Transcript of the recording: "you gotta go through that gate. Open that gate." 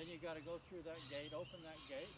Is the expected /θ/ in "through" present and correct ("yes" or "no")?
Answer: yes